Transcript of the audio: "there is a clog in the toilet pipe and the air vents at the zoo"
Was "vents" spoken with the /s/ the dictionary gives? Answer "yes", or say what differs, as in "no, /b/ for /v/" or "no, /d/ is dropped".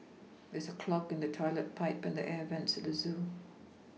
yes